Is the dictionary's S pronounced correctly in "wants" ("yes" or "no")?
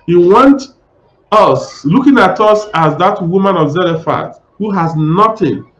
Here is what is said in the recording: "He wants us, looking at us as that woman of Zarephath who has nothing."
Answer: no